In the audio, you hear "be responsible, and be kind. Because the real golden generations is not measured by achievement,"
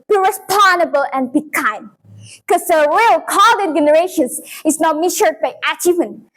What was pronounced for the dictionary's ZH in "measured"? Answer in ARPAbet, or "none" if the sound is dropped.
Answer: SH